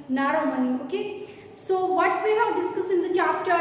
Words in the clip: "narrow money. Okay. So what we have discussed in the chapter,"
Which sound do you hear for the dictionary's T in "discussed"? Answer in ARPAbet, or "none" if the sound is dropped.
none